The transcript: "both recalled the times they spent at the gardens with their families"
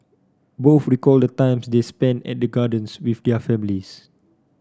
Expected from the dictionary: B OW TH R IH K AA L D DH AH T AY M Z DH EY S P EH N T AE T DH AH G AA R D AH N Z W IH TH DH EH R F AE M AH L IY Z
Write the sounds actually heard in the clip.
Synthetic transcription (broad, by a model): B OW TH R IH K AA L D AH T AY M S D EY S P EH N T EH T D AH G AA D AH N S W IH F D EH F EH M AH L IY S